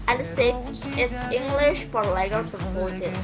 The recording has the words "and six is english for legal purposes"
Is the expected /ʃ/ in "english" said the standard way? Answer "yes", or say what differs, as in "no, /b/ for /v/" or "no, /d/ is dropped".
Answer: yes